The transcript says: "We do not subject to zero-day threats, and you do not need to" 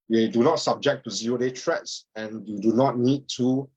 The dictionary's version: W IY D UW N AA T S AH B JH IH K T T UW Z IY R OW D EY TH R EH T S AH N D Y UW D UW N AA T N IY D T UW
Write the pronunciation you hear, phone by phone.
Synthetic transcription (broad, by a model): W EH D UW N AA T S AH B JH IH K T T UW Z IY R OW D EY T R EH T S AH N Y UW D UW N AA T N IY D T UW